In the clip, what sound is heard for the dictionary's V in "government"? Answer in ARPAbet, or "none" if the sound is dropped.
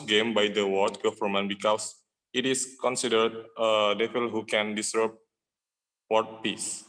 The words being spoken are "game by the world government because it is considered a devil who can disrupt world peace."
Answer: F